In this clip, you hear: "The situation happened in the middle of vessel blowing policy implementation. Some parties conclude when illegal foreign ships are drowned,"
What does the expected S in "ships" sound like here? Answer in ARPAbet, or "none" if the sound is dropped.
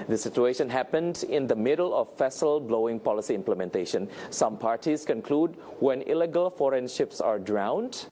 S